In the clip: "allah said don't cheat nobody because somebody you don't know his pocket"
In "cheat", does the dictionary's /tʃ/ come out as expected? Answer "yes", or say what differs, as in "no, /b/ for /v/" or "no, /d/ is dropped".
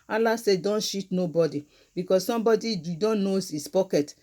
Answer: no, /ʃ/ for /tʃ/